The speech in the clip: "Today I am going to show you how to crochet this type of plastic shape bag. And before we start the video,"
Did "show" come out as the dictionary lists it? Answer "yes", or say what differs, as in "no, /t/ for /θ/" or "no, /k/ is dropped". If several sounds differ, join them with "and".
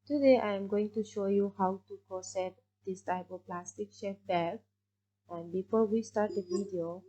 yes